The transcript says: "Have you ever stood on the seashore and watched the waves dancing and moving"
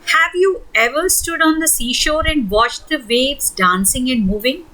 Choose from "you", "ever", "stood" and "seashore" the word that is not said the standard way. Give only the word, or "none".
none